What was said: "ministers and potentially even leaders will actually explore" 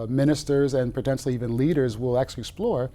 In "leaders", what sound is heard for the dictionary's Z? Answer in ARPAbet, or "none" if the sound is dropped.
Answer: Z